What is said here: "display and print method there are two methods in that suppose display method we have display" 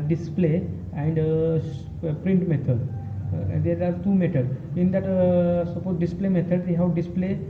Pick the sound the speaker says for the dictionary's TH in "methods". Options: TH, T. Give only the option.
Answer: T